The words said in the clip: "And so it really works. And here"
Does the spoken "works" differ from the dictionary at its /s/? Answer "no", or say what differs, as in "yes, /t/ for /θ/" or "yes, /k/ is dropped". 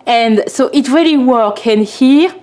yes, /s/ is dropped